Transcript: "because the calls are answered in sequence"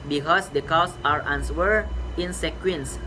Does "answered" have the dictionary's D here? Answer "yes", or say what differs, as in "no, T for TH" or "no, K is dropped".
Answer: no, D is dropped